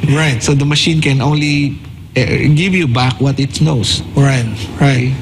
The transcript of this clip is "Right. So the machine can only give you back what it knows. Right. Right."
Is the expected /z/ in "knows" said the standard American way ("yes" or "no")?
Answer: no